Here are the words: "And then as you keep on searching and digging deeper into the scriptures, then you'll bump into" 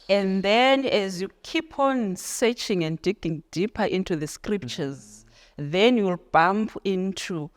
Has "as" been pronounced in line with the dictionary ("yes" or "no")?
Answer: yes